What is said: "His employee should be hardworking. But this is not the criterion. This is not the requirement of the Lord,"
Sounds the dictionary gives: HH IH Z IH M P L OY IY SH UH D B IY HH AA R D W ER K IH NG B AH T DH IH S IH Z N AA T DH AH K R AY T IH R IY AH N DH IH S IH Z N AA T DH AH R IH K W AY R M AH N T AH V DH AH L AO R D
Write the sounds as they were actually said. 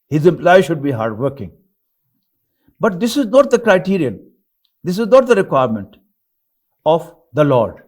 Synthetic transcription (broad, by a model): HH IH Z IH M P L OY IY SH UH D B IY HH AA R D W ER K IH NG B AH T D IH S IH Z N AA T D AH K R AY T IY R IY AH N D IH S IH Z N AA T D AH R IH K W AY R M AH N T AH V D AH L AO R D